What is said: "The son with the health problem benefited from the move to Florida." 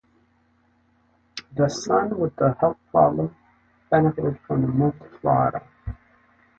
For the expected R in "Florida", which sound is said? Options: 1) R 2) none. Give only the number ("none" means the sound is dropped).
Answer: 2